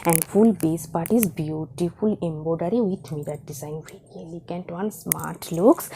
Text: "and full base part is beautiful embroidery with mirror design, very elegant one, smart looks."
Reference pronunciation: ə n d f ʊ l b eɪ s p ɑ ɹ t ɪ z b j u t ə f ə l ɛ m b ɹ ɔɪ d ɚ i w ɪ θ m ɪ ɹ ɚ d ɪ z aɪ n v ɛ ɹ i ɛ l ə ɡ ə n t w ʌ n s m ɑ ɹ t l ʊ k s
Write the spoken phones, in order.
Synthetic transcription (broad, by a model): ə n d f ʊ l b eɪ s p ɑ ɹ t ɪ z b j u t ə f ə l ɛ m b ɔɪ d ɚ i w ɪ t m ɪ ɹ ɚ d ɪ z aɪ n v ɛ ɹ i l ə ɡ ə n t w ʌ n s m ɑ ɹ t l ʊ k s